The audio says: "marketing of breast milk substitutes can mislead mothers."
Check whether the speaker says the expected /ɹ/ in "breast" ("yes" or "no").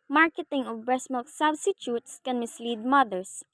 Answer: no